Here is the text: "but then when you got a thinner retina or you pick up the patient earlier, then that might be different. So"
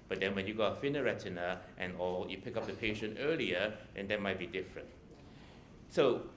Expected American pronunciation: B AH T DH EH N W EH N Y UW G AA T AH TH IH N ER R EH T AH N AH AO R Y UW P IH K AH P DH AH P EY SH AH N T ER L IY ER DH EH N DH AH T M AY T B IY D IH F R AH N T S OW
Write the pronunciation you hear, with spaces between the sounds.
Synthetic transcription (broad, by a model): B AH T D EH N W EH N Y UW G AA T AH F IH N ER R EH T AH N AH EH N Y UW P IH K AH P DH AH P EY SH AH N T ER L IY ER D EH N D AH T M AY T B IY D IH F R AH N T S OW